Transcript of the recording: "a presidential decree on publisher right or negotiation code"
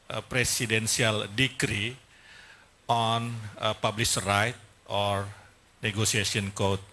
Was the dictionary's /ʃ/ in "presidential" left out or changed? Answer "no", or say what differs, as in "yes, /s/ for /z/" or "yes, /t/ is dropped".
yes, /s/ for /ʃ/